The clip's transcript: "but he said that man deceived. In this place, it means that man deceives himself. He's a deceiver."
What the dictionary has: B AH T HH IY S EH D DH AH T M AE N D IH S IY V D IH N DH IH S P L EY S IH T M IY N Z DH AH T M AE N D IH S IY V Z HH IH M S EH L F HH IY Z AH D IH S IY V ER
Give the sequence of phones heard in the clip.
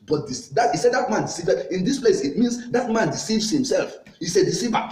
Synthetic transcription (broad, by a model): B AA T HH IY S EH D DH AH T M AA N D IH S IY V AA IH N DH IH S P L EY S IH T M IY N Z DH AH T M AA N D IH S IY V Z HH IH M S EH L F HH IY S AH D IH S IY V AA